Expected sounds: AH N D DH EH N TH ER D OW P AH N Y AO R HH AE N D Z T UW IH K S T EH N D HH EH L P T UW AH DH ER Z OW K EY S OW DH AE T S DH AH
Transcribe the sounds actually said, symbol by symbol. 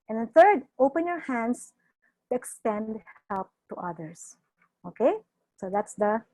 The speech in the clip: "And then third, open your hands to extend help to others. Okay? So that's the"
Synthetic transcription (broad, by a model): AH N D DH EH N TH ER D OW P AH N Y AO R HH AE N D S T UW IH K S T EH N D HH EH L P T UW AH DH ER S OW K EY S OW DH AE T S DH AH